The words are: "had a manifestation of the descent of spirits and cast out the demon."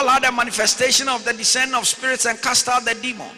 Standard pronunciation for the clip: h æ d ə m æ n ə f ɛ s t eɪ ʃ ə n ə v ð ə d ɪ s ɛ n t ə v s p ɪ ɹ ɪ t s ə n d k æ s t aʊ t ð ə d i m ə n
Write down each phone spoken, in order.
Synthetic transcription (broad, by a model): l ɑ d ə m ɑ n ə f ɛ s t eɪ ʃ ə n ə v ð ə d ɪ s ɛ n ə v s p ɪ ɹ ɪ t s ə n k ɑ s t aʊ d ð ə d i m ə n